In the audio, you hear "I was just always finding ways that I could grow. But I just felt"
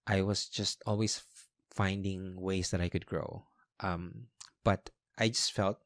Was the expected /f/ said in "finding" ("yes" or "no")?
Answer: yes